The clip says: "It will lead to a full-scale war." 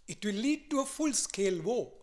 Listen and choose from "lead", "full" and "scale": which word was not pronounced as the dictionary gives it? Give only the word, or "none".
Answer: none